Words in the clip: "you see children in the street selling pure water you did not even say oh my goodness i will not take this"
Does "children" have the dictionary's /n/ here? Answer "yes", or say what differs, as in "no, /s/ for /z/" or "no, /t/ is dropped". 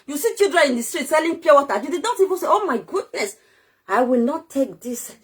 no, /n/ is dropped